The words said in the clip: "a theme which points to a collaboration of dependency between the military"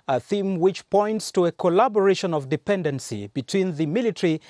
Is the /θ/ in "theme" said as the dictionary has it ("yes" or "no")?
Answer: yes